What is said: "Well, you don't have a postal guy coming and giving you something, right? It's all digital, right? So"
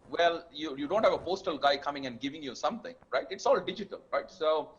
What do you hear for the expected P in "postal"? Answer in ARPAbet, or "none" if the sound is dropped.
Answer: P